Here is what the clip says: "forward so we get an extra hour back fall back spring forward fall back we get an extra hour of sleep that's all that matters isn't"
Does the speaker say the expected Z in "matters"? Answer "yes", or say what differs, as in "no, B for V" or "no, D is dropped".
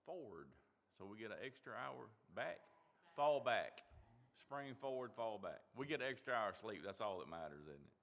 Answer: yes